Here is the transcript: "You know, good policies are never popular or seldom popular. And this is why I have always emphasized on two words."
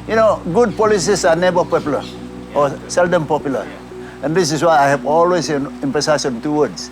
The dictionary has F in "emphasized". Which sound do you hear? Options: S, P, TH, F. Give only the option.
P